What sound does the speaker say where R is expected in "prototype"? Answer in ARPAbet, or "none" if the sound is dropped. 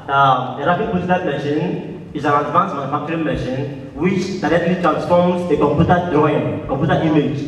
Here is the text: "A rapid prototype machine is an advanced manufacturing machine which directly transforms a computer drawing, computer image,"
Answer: none